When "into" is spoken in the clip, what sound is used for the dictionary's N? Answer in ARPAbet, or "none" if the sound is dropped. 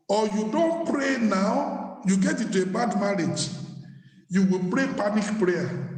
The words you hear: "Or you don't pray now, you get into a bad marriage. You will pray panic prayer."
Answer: none